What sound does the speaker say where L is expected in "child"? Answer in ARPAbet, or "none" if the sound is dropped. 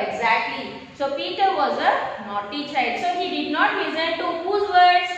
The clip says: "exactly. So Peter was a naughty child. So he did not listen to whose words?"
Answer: none